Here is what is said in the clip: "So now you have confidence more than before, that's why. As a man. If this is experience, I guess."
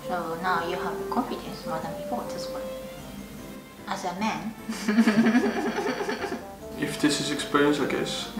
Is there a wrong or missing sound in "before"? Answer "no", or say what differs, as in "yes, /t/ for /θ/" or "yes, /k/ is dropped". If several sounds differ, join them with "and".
yes, /p/ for /f/